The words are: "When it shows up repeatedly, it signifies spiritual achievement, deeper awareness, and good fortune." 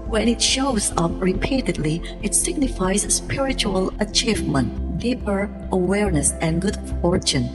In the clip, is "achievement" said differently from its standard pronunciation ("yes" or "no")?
no